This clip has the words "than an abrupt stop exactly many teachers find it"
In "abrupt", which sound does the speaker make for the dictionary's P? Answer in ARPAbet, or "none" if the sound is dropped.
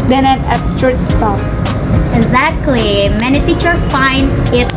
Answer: none